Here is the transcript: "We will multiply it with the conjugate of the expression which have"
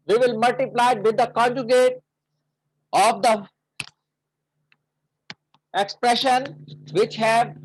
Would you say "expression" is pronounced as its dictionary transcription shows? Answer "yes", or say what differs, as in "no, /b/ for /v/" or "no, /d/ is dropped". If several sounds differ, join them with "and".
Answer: yes